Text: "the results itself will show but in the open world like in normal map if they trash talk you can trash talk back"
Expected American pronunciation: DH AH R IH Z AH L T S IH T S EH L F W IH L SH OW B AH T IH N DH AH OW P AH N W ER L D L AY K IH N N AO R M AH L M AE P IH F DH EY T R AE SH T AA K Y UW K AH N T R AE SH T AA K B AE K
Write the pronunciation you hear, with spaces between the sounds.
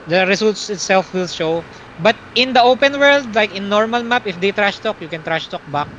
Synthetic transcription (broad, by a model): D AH R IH S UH L T S IH T S EH L F W IH L SH OW B AH T IH N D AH OW P AH N W ER L D L AY K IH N N AO R M AH L M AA P IH F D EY T R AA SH T AA K Y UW K AH N T R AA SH T AA K B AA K